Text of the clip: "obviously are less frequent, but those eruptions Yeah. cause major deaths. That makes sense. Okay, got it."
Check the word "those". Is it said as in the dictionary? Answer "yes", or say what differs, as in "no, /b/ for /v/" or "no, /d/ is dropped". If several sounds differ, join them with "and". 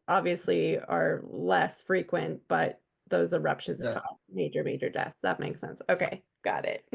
yes